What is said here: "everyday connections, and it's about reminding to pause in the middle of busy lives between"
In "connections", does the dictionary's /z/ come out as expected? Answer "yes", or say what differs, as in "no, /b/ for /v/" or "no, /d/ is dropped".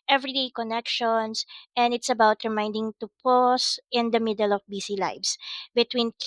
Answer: no, /s/ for /z/